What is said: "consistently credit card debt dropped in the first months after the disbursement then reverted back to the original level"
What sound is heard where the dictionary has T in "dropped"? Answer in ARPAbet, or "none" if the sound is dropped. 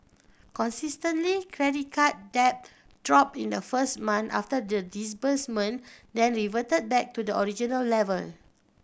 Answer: none